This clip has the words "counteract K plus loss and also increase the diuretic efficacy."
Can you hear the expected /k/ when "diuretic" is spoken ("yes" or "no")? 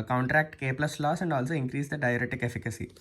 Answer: yes